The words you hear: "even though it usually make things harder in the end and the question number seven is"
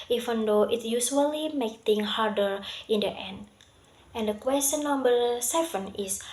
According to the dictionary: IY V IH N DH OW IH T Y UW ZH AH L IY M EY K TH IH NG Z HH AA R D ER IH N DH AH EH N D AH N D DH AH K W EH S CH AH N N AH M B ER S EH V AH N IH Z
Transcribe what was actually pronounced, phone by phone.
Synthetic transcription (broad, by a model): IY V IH N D OW IH T Y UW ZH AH L IY M EY K T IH NG HH AA R D ER IH N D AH EH N D AH N D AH K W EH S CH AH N N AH M B ER S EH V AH N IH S